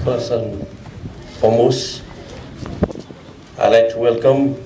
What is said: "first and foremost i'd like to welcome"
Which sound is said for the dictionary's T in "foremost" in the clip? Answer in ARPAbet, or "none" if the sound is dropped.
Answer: none